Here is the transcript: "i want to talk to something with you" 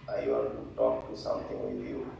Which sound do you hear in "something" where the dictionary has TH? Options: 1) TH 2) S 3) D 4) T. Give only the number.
4